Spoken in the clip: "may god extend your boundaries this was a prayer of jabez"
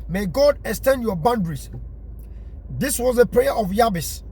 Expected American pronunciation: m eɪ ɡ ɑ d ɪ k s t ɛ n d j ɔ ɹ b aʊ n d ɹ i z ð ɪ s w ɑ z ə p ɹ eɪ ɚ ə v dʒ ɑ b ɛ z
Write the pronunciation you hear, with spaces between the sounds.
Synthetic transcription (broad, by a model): m eɪ ɡ ɑ d ɪ k s t ɛ n d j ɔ b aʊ n d ɹ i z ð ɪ s w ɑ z ə p ɹ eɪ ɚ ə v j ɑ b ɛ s